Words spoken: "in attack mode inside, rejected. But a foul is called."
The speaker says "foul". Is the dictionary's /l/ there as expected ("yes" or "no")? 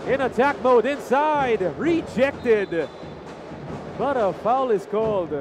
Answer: yes